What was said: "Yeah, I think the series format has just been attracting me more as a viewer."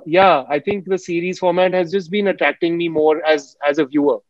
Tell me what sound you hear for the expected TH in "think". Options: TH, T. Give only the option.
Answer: T